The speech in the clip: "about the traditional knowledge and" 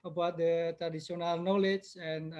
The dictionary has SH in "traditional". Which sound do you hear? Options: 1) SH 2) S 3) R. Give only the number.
2